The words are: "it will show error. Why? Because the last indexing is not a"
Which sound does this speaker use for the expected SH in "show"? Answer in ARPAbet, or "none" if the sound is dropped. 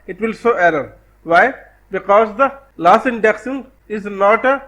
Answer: S